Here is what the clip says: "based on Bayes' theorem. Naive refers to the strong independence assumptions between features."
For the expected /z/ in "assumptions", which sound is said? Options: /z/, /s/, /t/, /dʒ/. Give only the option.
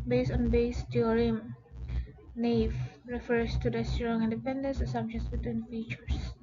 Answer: /s/